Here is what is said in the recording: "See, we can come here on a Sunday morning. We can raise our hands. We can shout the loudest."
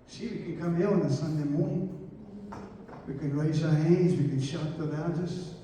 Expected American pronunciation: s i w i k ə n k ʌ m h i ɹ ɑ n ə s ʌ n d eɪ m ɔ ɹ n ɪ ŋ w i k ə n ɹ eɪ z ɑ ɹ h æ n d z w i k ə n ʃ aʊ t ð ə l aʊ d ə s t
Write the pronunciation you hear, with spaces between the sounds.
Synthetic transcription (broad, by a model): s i w i k ə n k ʌ m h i l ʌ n ə s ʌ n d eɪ m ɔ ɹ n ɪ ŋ w i k ə n ɹ eɪ z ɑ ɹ h æ n d z w i k ə n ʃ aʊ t ð ə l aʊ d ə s